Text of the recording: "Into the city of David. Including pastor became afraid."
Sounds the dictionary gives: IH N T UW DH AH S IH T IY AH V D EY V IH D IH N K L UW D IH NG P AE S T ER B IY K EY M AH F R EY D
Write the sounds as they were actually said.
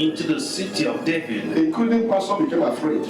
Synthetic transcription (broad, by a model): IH N T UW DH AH S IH T IY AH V D EY V IH D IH K UW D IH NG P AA S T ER B IY K EY M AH F R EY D